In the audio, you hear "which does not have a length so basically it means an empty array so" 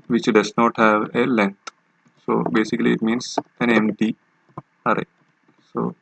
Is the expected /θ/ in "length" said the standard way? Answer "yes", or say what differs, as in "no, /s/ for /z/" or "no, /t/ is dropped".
no, /t/ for /θ/